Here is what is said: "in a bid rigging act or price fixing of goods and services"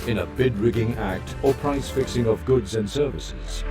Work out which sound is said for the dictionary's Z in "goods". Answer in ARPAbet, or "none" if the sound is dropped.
Z